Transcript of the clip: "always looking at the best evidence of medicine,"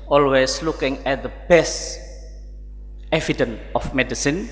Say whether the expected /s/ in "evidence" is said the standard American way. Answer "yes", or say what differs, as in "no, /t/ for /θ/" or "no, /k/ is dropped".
no, /s/ is dropped